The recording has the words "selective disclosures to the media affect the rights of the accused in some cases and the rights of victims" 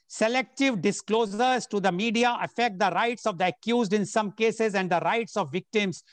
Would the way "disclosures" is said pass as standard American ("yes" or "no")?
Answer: no